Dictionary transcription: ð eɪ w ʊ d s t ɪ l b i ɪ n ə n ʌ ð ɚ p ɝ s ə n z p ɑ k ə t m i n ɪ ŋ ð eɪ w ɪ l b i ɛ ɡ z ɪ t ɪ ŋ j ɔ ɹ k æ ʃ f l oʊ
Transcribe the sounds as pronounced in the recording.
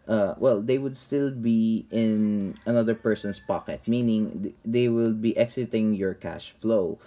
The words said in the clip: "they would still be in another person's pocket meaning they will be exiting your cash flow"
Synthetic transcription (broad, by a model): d eɪ w ʊ d s t ɪ l b i ɪ n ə n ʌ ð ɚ p ɝ s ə n s p ɑ k ə t m i n ɪ ŋ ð eɪ w ɪ l b i ɛ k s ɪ t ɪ ŋ j ɔ ɹ k æ ʃ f l oʊ